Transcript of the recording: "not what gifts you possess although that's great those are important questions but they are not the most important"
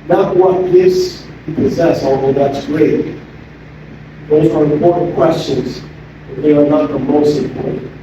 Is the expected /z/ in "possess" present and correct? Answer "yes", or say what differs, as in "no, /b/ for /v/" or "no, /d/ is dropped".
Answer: yes